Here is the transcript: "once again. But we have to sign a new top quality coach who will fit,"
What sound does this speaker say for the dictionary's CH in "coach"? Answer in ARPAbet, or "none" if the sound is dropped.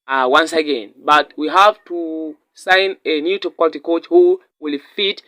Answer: CH